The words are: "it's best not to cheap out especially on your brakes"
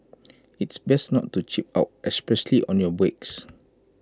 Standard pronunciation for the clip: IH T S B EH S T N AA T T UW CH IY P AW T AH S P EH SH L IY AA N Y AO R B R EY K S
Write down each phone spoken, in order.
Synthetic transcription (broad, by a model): IH T S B EH S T N AA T T UW CH IY P AW T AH S P EH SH L IY AA N Y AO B EY K S